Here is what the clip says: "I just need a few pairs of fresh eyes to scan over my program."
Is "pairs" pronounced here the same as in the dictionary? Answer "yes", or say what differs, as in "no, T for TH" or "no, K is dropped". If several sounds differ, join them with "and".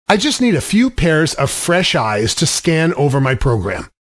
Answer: yes